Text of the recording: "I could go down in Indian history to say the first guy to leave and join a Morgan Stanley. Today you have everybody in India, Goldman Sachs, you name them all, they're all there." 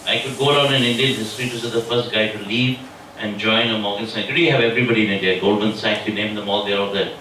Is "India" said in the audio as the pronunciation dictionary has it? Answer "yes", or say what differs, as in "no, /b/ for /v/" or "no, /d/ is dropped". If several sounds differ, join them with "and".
no, /n/ is dropped